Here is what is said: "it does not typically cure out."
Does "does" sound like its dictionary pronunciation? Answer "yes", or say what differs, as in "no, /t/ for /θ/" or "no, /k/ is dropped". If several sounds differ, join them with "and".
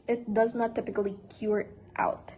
yes